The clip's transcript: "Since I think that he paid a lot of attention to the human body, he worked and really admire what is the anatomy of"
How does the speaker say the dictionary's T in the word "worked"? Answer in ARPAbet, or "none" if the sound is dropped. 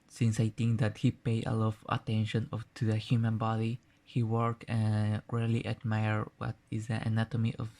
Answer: none